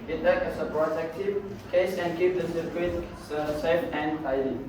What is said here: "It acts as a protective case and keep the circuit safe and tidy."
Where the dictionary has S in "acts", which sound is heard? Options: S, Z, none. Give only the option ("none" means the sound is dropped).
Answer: none